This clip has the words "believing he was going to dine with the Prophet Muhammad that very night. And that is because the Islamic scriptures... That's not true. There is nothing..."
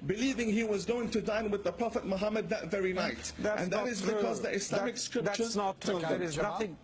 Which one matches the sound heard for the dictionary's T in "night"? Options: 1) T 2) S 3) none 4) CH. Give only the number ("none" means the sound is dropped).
1